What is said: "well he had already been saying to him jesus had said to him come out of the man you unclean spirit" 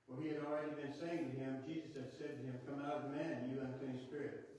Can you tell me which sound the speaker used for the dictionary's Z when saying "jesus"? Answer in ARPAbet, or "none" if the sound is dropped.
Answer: Z